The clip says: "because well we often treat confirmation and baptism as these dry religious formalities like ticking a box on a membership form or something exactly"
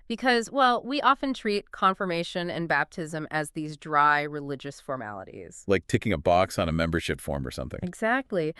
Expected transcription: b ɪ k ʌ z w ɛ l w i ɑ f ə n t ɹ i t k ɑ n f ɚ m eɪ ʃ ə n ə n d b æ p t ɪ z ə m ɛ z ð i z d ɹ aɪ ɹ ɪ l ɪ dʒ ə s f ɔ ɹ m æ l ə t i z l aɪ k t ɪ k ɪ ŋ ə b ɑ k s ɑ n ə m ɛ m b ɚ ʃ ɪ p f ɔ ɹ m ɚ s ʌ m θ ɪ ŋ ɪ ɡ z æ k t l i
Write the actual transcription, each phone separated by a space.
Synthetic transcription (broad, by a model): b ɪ k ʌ z w ɛ l w i ɑ f ə n t ɹ i t k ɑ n f ɚ m eɪ ʃ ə n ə n b æ p t ɪ z ə m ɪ z ð i z d ɹ aɪ ɹ ɪ l ɪ dʒ ə s f ɔ ɹ m æ l ə t i z l aɪ k t ɪ k ɪ ŋ ə b ɑ k s n ə m ɛ m b ɚ ʃ ɪ p f ɔ ɹ m ɚ s ʌ m θ ɪ ŋ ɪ ɡ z æ k t l i